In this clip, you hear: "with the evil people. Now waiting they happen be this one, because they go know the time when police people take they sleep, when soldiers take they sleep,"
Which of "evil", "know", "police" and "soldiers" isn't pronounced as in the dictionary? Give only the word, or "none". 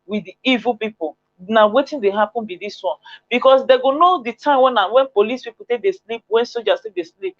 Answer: soldiers